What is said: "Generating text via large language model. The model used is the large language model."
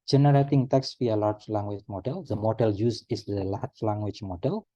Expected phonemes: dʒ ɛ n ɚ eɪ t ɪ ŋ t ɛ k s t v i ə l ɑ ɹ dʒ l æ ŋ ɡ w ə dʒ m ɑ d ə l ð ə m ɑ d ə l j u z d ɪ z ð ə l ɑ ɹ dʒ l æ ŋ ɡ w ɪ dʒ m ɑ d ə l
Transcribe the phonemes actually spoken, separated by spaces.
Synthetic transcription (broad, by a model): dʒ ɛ n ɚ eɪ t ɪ ŋ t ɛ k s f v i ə l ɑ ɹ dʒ l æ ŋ ɡ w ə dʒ m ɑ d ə l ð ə m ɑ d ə l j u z ɪ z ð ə l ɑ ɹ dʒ l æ ŋ ɡ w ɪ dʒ m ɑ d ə l